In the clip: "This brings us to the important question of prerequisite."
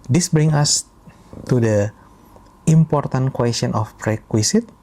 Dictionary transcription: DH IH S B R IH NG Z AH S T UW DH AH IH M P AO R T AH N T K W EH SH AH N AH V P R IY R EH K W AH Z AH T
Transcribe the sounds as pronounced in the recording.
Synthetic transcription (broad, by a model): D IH S B R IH NG AH S T UW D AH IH M P AO R T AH N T K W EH S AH N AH F P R R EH K W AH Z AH T